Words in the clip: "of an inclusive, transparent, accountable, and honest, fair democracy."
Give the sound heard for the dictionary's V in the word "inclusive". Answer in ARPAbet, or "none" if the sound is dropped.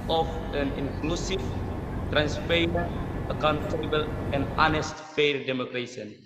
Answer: F